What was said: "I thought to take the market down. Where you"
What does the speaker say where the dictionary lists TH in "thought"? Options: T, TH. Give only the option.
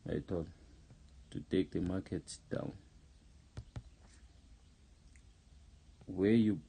T